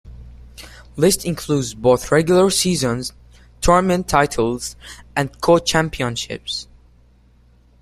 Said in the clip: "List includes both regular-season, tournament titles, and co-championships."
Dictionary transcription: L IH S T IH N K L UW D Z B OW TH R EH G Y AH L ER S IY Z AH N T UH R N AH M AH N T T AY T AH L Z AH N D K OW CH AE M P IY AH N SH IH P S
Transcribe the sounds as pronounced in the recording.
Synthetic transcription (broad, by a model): L IH S T IH N K L UW D Z B OW TH R EH G Y L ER S IY Z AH N T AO R M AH N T T AY T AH L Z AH N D K OW CH AE M P IY AH N SH IH P S